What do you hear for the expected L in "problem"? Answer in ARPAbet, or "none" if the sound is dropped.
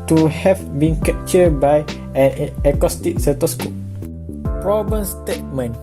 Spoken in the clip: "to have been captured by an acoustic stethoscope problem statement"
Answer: none